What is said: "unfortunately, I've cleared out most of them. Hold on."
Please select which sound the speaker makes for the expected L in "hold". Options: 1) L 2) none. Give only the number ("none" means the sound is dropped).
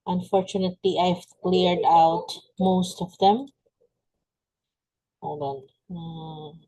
2